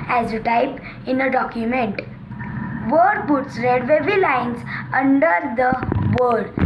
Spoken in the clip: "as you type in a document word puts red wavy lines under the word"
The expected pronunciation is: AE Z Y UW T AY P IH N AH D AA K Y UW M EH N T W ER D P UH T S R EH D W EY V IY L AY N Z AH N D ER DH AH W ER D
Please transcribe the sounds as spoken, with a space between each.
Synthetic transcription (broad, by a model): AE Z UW T AY P IH N AH D AA K Y UW M EH N T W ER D B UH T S R EH D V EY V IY L AY N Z AH N D ER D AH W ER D